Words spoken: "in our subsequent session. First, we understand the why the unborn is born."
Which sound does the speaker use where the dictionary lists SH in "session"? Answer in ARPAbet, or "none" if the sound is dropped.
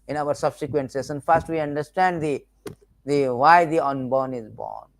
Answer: S